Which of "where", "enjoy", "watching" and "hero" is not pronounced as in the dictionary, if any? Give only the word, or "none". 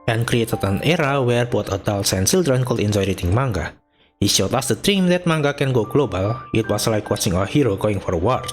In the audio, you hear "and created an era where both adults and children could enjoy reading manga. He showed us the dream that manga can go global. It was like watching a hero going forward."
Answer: watching